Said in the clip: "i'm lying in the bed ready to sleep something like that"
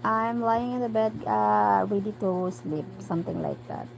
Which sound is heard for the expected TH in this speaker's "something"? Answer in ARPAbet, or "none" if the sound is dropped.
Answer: T